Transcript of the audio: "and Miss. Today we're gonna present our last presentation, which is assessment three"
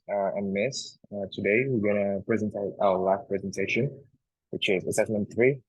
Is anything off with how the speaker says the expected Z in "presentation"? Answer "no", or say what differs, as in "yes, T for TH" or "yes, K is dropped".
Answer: no